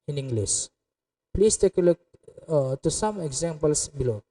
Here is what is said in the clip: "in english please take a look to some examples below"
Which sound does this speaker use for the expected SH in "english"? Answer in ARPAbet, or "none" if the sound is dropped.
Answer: S